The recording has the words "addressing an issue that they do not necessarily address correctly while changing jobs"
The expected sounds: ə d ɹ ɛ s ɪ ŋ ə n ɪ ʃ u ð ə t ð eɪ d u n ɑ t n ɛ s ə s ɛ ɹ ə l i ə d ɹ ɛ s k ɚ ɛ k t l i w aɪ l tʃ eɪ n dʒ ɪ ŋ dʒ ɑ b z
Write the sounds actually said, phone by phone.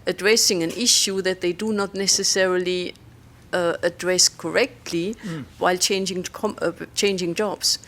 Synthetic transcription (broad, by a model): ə d ɹ ɛ s ɪ ŋ ə n ɪ ʃ u ð ə t ð eɪ d u n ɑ t n ɛ s ə s ɛ ɹ ə l i ə d ɹ ɛ s k ɚ ɛ k t l i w aɪ l tʃ eɪ n dʒ ɪ ŋ dʒ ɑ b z